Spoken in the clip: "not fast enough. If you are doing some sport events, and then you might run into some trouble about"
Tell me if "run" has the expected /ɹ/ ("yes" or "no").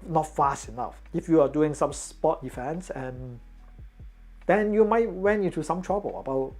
no